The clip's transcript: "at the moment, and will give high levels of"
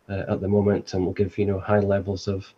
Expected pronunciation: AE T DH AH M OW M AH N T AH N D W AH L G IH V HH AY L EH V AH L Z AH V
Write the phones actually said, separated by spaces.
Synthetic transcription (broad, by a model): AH T DH AH M OW M AH N T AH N W AH L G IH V HH AY L EH V AH L Z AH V